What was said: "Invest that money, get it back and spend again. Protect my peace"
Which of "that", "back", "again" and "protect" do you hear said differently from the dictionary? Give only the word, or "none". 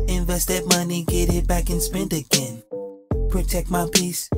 none